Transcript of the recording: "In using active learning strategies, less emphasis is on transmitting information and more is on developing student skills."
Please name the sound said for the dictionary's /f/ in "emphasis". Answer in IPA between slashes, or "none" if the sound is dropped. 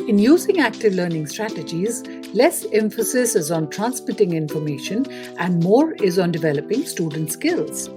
/f/